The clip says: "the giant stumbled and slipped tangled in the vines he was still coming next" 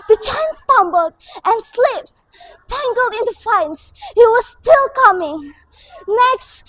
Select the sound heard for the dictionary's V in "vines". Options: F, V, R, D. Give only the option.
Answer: F